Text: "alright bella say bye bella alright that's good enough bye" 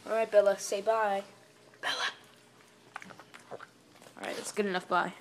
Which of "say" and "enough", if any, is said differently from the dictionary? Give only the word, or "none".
none